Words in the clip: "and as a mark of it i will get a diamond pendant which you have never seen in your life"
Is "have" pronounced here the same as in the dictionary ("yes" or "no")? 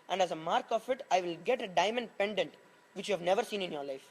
yes